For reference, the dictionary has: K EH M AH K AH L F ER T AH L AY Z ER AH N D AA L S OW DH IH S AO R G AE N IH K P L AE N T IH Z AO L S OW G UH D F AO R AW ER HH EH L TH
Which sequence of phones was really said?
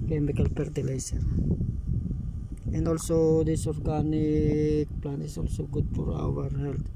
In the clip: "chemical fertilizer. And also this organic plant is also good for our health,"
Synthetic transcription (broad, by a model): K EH M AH K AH L P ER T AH L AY S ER AH N D AA L S OW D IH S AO R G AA N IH K P L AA N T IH S AO L S OW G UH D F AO R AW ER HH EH L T